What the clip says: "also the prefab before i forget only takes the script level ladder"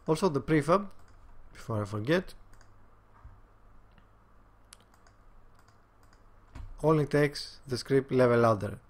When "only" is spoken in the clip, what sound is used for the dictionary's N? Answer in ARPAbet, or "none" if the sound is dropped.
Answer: none